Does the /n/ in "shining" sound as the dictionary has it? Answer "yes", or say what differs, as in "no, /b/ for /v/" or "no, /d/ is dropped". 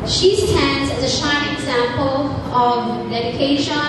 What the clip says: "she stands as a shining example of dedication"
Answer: no, /n/ is dropped